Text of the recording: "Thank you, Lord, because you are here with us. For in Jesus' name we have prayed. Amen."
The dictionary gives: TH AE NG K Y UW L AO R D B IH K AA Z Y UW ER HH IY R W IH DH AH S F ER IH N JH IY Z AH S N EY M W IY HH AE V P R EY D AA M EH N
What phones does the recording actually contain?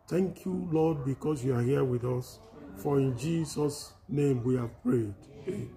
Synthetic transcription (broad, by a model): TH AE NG K Y UW L AO D B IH K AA S Y UW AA HH IY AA W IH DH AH S F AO IH N JH IY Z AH S N EY M W IY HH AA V P R EY D